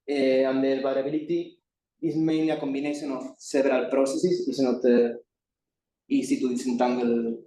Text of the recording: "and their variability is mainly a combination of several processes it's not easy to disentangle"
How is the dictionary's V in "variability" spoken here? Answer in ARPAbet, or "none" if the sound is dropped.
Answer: B